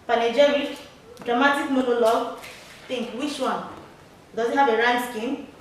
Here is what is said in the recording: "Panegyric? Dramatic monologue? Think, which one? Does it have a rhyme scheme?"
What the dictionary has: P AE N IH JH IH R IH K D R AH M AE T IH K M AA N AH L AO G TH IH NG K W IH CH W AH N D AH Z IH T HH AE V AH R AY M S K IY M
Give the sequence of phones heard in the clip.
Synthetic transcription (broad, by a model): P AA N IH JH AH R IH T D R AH M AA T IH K M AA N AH L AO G T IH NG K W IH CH W AH N D AH Z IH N HH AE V AH R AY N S K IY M